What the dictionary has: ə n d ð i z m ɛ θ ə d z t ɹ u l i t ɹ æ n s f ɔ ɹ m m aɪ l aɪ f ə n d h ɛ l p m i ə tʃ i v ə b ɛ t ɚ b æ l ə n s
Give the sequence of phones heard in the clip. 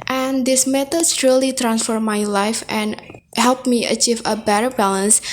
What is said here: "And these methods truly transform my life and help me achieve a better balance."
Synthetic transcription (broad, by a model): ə n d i s m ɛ t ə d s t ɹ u l i t ɹ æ n s f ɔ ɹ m m aɪ l aɪ f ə n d h ɛ l p m i ə tʃ i v ə b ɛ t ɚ b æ l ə n s